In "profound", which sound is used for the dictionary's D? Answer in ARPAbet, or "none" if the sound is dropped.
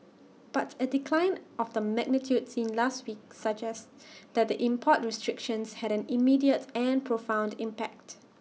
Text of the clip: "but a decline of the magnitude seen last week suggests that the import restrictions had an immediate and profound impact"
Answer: D